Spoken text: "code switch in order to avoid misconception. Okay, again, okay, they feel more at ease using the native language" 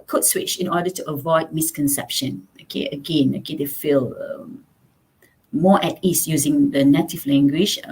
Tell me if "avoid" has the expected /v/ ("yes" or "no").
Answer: yes